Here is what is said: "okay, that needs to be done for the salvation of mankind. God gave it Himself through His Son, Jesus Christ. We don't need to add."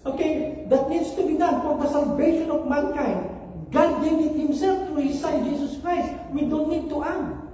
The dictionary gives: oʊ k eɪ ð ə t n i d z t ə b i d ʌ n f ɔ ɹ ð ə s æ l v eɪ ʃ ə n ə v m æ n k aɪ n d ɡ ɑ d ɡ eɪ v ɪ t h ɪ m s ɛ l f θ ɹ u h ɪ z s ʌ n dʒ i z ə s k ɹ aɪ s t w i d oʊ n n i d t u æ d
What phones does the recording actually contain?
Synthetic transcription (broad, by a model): oʊ k eɪ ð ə t n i d s t ə b i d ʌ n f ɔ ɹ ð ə s æ l v eɪ ʃ ə n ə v m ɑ n k aɪ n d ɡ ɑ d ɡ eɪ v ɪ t h ɪ m s ɛ l f t ɹ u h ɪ s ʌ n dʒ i s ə s k ɹ aɪ s t w i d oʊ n n i d t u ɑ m